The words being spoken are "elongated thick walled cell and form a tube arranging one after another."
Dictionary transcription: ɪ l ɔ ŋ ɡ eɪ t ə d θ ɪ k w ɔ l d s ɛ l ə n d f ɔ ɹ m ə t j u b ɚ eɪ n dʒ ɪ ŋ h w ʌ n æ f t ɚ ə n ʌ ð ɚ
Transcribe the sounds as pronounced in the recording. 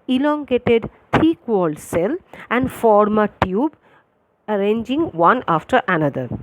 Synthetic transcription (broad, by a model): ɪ l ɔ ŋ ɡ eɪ t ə d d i k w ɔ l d s ɛ l ə n d f ɔ ɹ m ə t j u b ɚ eɪ n dʒ ɪ ŋ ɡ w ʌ n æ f t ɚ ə n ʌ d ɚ